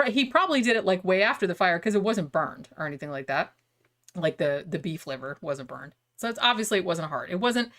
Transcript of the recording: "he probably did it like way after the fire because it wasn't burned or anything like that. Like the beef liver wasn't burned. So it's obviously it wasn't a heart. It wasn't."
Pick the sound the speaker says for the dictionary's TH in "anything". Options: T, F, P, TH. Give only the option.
TH